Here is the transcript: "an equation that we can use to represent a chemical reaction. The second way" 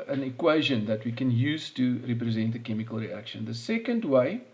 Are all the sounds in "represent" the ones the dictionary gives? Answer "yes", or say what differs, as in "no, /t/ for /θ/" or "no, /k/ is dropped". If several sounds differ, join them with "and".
yes